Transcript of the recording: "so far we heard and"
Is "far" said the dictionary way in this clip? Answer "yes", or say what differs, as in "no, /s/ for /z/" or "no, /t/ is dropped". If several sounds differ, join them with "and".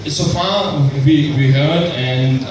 no, /w/ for /ɹ/